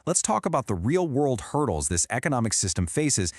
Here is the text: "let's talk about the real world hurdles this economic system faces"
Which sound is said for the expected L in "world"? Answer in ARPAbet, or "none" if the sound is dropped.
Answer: L